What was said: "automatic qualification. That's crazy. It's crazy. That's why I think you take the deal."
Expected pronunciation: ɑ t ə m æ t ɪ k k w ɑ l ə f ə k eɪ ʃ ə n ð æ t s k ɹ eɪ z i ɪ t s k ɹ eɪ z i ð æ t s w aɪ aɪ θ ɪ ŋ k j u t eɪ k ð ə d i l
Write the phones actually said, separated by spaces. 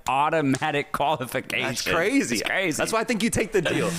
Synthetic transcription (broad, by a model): ɑ t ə m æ t ɪ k k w ɑ l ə f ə k eɪ ə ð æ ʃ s k ɹ eɪ z i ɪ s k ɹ eɪ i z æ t s w aɪ aɪ θ ɪ ŋ k j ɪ t eɪ k ð ə d i l